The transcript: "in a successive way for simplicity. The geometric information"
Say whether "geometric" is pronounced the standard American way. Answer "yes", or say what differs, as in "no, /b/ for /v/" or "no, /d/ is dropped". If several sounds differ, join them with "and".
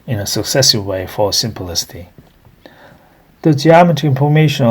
no, /ɹ/ is dropped